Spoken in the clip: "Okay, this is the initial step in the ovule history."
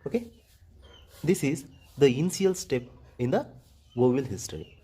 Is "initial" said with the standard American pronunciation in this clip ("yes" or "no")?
no